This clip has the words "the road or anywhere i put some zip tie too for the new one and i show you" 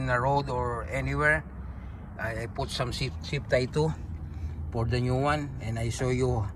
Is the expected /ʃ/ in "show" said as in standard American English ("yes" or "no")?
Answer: no